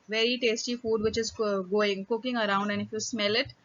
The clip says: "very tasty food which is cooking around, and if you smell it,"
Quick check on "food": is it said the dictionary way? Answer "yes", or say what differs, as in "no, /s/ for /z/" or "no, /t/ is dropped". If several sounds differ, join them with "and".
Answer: yes